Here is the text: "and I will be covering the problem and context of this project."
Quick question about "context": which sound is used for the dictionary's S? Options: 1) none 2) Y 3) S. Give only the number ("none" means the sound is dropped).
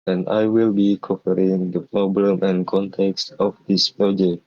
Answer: 3